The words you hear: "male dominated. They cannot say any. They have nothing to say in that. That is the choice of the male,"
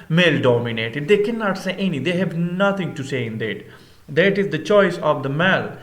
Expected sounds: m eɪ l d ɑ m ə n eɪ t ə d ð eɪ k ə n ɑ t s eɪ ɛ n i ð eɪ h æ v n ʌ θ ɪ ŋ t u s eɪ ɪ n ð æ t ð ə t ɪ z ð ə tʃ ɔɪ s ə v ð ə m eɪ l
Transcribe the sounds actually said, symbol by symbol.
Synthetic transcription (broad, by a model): m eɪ l d ɑ m ə n eɪ t ə d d eɪ k ə n ɑ t s eɪ ɛ n i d eɪ h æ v n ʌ t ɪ ŋ t u s eɪ ɪ n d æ t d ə t ɪ z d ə tʃ ɔɪ s ə v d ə m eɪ l